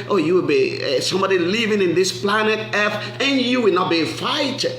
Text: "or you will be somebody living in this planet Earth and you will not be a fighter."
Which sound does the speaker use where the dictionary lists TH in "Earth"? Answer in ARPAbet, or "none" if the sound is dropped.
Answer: F